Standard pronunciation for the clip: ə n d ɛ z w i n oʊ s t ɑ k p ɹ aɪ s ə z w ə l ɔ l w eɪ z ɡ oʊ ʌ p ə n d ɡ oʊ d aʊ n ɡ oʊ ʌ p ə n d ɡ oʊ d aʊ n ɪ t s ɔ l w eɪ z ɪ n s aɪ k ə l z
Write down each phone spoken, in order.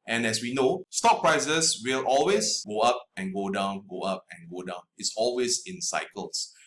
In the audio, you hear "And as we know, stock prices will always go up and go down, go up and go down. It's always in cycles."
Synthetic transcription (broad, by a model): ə n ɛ s w i n oʊ s t ɑ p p ɹ aɪ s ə s w ə l ɔ l w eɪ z ɡ oʊ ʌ p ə n ɡ oʊ d aʊ n ɡ oʊ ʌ p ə n ɡ oʊ d aʊ n ɪ t s ɔ l w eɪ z ɪ n s aɪ k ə l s